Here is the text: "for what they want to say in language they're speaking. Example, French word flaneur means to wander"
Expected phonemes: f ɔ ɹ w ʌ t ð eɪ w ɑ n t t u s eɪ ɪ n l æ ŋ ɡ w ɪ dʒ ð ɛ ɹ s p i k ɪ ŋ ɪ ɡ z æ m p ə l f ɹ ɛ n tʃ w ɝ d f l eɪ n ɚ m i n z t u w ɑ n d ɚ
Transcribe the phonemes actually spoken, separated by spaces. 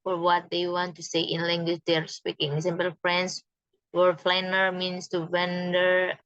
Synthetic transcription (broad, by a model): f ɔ ɹ w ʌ t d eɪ w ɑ n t t u s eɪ ɪ n l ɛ ŋ ɡ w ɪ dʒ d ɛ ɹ s p i k ɪ ŋ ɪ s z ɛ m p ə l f ɹ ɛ n s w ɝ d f l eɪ n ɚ m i n s t u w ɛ n d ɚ